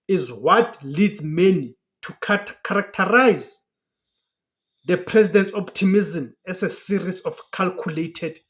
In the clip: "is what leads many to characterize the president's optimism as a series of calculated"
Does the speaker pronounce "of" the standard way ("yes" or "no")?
no